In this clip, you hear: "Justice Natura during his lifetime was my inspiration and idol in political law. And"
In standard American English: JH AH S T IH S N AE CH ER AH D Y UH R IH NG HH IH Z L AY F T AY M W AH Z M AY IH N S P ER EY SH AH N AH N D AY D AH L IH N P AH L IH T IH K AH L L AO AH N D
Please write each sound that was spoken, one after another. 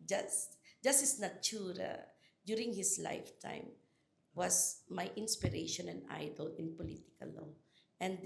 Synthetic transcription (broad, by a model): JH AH S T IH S N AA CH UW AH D Y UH R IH NG HH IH S L AY F T AY M W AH S M AY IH N S P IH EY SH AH N AH N D AY D AH L IH N P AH L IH T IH K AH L L AO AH N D